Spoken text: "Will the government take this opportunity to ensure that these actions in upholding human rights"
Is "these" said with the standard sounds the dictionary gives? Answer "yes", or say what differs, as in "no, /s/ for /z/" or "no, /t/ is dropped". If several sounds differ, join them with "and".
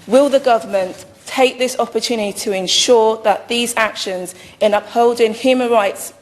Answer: yes